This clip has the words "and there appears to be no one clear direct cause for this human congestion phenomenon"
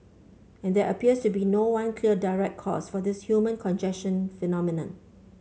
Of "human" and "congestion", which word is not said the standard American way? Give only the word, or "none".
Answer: congestion